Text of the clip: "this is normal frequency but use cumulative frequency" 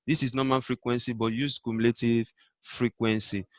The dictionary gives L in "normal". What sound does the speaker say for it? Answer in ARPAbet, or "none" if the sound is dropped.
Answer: N